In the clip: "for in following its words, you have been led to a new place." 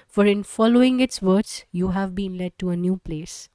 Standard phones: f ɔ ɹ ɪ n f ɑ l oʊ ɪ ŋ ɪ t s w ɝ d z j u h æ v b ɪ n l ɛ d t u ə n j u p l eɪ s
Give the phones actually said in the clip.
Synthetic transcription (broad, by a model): f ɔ ɹ ɪ n f ɑ l oʊ ɪ ŋ ɪ t s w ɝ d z j u h æ v b ɪ n l ɛ d t u ə n j u p l eɪ s